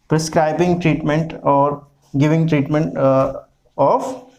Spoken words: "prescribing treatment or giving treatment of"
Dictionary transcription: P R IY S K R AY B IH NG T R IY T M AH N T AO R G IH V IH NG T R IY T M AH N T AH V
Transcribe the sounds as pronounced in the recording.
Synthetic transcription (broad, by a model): P R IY S K R AY B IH NG T R IY T M AH N T AO R G IH V IH NG T R IY T M AH N T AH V